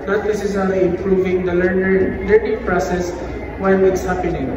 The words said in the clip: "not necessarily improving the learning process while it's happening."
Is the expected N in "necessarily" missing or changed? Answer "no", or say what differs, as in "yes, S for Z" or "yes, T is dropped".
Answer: yes, L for N